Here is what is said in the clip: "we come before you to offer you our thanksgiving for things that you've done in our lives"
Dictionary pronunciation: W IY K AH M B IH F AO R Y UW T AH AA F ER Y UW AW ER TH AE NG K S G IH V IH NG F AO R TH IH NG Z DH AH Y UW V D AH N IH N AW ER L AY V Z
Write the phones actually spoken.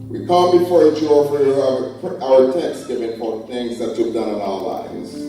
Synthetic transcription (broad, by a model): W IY K AH M B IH F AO R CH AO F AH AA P AW ER T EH K S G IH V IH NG P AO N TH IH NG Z DH AH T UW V D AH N IH N AW ER L AY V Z